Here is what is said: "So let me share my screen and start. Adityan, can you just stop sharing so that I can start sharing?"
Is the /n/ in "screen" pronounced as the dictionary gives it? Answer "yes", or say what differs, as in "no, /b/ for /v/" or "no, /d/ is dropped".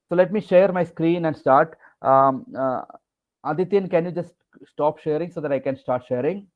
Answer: yes